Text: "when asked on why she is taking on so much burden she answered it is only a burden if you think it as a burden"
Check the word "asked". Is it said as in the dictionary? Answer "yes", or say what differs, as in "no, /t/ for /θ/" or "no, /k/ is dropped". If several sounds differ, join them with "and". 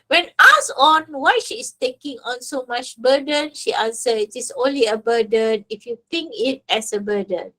no, /t/ is dropped